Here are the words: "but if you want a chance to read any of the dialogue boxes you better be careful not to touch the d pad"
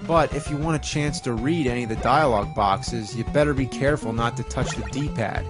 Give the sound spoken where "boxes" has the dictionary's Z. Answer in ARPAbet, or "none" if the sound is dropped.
Z